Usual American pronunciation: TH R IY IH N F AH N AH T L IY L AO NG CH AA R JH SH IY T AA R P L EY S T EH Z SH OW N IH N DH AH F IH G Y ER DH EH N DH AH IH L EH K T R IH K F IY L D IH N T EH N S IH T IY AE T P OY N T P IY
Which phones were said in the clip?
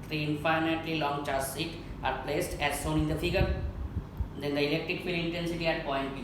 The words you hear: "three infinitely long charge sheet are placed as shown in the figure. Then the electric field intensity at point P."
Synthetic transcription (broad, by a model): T R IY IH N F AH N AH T L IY L AO NG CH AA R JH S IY T AA R P L EY S T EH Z S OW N IH N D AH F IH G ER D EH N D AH IH L EH K T R IH K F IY L IH N T EH N S IH T IY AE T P OY N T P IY